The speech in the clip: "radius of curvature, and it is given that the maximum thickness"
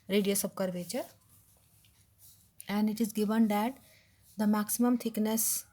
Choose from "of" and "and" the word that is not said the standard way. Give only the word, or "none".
of